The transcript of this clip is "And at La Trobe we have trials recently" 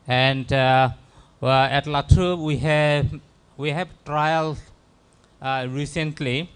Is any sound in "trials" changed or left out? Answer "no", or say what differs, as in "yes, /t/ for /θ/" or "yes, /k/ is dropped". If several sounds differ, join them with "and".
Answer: yes, /z/ is dropped